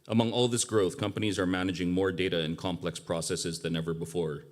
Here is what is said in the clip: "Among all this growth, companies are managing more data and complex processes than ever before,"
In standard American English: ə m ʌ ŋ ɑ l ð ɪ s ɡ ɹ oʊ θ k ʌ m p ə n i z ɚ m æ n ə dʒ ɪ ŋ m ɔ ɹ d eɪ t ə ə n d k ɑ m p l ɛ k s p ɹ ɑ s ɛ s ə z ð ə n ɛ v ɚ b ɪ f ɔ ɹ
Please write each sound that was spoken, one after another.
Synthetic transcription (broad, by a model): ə m ʌ ŋ ɑ l ð ɪ s ɡ ɹ oʊ θ k ʌ m p ə n i z ɚ m æ n ə dʒ ɪ ŋ m ɔ ɹ d eɪ t ə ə n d k ɑ m p l ɛ k s p ɹ ɑ s ɛ s ə z ð ə n ɛ v ɚ b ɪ f ɔ ɹ